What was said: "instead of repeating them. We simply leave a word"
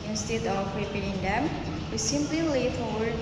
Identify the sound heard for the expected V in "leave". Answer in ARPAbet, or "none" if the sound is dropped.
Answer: F